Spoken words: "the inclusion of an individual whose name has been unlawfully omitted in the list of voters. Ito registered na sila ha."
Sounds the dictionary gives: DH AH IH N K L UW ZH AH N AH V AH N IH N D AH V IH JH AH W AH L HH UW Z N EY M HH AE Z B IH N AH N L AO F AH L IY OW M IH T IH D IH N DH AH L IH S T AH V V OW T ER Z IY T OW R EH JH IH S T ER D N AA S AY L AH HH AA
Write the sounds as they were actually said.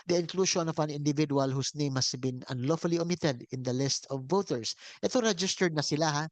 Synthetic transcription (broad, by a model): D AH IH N K L UW SH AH N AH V AH N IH N D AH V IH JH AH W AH L HH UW S N EY M HH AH S B IH N AH N L AO F AH L IY OW M IH T IH D IH N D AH L IH S T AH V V OW T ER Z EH T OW R EH JH IH S T ER D N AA S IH L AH HH AA